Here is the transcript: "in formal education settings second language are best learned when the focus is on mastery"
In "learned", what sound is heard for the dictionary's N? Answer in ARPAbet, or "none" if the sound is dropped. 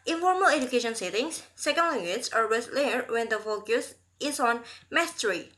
none